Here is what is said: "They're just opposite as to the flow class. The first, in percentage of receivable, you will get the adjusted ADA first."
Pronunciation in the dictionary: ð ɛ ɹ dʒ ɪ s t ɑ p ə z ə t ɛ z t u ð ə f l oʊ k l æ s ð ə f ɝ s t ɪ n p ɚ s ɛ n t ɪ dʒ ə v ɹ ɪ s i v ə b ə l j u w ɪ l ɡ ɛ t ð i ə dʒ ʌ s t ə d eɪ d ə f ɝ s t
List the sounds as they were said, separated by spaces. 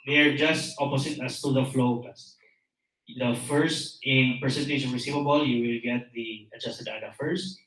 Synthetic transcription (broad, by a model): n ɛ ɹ dʒ ɪ s t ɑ p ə s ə t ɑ s t u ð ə f l oʊ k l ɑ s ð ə f ɝ s t ɪ n p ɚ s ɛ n t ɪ ʃ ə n ɹ ɪ s i v ə b ə l j u w ɪ l ɡ ɛ t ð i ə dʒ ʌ s t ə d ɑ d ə f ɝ s t